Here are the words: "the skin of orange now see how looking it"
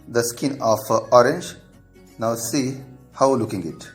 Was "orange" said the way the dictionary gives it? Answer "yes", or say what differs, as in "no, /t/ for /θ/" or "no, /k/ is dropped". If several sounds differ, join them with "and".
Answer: yes